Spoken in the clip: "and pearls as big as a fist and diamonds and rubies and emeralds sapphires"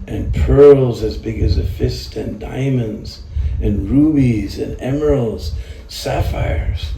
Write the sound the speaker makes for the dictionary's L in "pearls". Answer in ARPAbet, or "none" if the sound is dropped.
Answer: L